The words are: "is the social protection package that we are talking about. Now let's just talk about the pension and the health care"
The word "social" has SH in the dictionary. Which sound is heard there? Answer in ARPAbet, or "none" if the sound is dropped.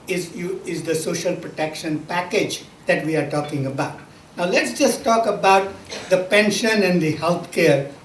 SH